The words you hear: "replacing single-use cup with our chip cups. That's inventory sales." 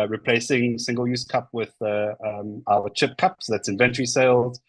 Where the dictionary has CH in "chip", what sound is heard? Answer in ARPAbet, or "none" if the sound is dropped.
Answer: CH